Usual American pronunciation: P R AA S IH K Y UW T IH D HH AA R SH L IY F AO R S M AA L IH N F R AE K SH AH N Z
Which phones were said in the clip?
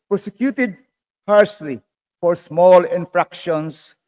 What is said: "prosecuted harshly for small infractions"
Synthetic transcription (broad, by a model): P R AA S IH K Y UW T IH D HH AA R S L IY F AO R S M AA L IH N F R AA K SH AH N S